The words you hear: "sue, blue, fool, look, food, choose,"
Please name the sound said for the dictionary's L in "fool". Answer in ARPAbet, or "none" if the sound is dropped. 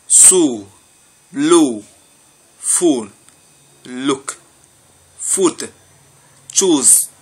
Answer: N